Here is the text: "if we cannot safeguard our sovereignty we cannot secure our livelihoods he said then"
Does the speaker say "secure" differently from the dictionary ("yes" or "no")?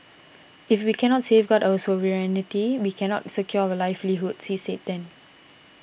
yes